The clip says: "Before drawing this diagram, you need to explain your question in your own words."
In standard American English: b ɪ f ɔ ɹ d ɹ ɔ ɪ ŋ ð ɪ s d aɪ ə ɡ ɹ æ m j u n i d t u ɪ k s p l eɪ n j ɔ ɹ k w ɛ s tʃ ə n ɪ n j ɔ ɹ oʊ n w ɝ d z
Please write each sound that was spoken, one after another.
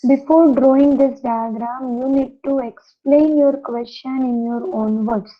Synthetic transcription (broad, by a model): b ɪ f ɔ ɹ d ɹ ɔ ɪ ŋ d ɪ s d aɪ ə ɡ ɹ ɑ m j u n i d t u ɪ k s p l eɪ n j ɔ ɹ k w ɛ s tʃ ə n ɪ n j ɔ ɹ oʊ n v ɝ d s